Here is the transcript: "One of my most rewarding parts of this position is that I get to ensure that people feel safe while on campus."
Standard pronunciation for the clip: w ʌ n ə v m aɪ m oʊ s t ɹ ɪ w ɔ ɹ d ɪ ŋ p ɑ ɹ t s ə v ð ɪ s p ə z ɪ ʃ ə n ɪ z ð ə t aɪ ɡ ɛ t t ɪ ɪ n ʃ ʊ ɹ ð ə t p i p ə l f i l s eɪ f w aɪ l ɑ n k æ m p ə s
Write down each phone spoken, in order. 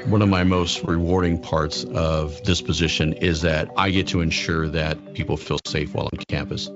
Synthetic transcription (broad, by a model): w ʌ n ə v m aɪ m oʊ s t ɹ ɪ w ɔ ɹ d ɪ ŋ p ɑ ɹ t s ə v ð ɪ s p ə z ɪ ʃ ə n ɪ z ð ə t aɪ ɡ ɛ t t ɪ ɪ n ʃ ʊ ɹ ð ə t p i p l f i l s eɪ f w aɪ l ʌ n k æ m p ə s